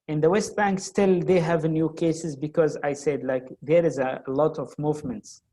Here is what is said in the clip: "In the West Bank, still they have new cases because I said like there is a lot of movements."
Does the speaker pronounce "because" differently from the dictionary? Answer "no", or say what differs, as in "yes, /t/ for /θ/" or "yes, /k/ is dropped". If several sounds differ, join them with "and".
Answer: no